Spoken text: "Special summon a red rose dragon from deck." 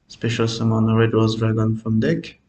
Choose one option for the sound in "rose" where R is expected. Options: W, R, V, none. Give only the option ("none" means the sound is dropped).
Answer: W